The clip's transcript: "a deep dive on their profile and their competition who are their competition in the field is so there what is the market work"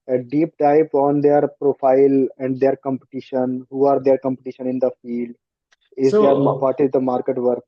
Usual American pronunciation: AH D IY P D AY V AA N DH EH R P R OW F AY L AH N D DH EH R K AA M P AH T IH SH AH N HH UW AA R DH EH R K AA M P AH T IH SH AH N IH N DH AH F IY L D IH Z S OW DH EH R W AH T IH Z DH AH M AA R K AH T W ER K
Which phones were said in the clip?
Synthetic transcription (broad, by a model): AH D IY P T AY P AA N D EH R P R OW F AY L AH N D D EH R K AA M P AH T IH SH AH N HH UW AA R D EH R K AA M P AH T IH SH AH N IH N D AH F IY L D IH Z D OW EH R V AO T IH Z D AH M AA R K AH T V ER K